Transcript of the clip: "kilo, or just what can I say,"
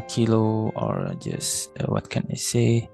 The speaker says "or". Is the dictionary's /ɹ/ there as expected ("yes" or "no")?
yes